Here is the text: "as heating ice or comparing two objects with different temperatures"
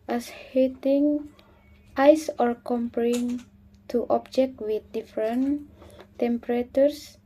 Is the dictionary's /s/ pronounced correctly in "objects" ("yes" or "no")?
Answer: no